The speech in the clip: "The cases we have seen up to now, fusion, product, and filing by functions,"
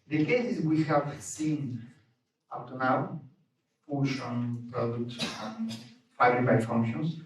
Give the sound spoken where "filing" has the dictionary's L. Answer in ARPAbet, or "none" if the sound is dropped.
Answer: none